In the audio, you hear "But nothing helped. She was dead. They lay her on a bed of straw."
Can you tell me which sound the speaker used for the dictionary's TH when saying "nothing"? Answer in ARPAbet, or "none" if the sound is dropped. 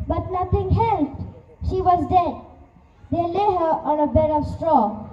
T